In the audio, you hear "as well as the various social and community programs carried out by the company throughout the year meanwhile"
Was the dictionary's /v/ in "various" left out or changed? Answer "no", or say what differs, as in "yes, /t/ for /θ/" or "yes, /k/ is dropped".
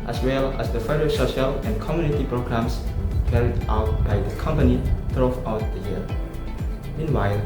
yes, /f/ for /v/